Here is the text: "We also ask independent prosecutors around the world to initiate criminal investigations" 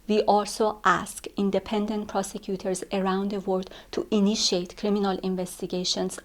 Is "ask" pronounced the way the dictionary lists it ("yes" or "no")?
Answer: yes